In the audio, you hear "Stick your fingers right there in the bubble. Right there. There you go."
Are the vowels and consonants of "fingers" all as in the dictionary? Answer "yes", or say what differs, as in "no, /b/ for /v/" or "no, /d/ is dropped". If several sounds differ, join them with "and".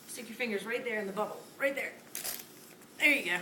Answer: yes